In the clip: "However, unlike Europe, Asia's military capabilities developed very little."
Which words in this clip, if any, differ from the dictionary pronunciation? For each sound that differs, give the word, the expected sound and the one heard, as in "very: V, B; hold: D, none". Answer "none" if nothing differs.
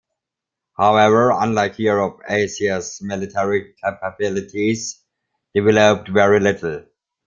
asia's: ZH, SH